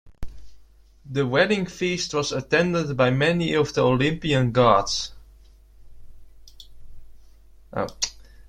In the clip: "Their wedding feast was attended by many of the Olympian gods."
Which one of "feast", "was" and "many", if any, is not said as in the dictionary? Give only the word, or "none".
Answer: none